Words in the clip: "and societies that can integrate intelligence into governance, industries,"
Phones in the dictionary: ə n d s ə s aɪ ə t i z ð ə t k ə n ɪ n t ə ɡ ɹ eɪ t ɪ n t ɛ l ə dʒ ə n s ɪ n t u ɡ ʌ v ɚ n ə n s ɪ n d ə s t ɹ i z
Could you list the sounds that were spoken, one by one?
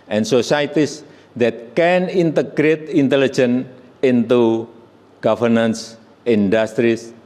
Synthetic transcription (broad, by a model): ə n s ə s aɪ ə t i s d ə t k ə n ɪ n t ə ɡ ɹ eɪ t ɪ n t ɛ l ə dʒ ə n ɪ n t u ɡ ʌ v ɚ n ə n s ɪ n d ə s t ɹ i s